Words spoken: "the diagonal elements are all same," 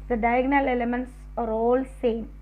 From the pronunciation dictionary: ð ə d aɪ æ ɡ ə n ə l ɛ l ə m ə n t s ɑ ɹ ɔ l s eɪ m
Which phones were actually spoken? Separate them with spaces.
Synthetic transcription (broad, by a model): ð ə d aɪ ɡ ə n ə l ɛ l ə m ə n t s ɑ ɹ ɔ l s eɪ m